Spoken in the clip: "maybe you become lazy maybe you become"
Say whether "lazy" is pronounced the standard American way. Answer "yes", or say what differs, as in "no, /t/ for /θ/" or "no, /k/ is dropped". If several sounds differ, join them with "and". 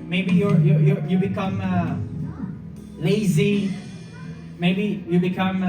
yes